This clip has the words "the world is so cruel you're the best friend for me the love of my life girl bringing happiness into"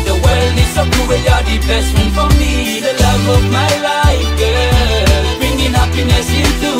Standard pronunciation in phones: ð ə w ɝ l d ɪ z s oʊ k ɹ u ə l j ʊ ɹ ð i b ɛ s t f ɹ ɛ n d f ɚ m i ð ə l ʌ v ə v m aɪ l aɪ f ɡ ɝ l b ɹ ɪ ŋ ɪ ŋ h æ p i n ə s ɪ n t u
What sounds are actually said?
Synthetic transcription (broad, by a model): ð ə w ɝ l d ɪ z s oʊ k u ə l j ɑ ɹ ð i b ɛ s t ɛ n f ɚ m i ð ə l ʌ v ə v m aɪ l aɪ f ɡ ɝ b ɹ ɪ ŋ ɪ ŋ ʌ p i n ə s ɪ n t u